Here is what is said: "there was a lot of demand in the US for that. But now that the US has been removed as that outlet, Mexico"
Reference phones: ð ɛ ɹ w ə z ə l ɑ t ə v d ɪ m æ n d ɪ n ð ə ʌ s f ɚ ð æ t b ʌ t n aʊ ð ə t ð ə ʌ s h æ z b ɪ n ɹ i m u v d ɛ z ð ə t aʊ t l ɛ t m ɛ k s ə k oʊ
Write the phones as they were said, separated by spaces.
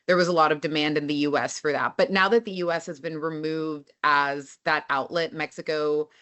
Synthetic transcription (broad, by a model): ð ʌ ɹ w ə z ə l ɑ t ə v d ɪ m æ n d ɪ n ð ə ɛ s f ɚ ð æ t b ʌ t n aʊ ð ə t ð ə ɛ s h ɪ z b ɪ n ɹ i m u v d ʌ z ð ə t aʊ t l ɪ t m ɛ k s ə k oʊ